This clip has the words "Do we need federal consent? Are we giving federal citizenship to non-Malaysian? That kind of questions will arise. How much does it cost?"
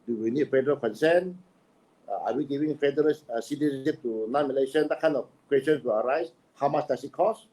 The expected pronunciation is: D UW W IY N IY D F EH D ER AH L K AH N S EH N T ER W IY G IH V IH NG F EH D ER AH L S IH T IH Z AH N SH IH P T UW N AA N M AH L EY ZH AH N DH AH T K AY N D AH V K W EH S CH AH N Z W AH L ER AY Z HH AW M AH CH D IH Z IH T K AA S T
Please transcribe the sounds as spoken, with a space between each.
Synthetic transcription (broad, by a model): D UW W IY N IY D F EH D ER AH L K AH N S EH N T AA W IY G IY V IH NG F EH D ER AH L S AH S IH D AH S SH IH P T UW N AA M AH L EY SH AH N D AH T K AY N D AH F K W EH S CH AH N S W AH L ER AY S HH AW M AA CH D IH S IH T K AA S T